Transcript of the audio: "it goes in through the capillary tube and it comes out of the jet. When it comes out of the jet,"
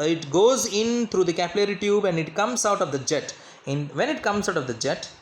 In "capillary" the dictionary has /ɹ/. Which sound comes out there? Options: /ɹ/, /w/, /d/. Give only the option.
/ɹ/